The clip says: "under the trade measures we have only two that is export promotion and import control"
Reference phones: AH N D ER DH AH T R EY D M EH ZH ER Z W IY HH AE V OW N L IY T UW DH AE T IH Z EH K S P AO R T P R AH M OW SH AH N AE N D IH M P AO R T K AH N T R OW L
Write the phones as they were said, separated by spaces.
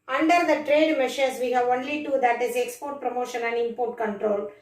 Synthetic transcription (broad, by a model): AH N D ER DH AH T R EY D M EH SH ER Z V IY HH AE V OW N L IY T UW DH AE T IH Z EH K S P AO R T P R AH M OW SH AH N AE N D IH M P AO R T K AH N T R OW L